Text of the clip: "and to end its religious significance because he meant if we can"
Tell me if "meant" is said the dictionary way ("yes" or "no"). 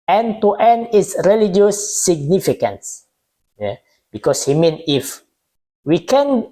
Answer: no